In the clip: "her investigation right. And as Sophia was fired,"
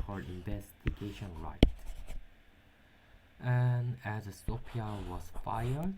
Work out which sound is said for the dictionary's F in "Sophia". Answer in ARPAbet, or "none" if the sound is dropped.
P